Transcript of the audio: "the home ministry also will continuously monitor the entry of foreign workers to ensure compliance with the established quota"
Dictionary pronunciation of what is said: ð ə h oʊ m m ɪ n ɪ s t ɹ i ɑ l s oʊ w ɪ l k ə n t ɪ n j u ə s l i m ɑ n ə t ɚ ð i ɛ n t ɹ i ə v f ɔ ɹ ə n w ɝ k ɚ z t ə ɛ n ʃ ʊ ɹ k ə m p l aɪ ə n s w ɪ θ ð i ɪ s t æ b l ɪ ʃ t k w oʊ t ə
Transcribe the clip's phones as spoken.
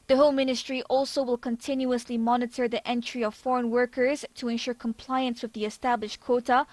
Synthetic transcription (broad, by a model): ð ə h oʊ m m ɪ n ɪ s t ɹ i ɑ l s oʊ w ɪ l k ə n t ɪ n j u ə s l i m ɑ n ə t ɚ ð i ɛ n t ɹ i ə v f ɔ ɹ ə n w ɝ k ɚ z t ə ɛ n ʃ ʊ ɹ k ə m p l aɪ ə n s w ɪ ð i ɪ s t æ b l ɪ ʃ t k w oʊ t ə